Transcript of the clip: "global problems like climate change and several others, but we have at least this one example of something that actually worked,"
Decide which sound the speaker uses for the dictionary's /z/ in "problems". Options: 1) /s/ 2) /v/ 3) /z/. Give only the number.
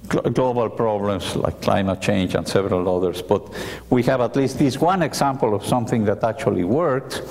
1